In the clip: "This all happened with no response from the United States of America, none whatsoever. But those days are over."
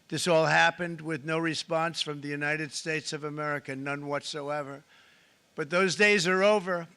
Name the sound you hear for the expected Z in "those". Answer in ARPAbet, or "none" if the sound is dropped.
Z